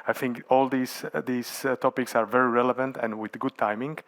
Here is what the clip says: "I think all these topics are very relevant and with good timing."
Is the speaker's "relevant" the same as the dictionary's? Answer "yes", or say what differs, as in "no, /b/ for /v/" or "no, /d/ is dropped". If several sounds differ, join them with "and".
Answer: yes